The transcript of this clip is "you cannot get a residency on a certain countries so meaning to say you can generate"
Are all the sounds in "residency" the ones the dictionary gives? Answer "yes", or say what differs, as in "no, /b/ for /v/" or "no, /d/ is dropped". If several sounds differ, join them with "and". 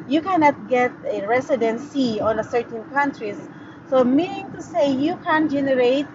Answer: no, /s/ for /z/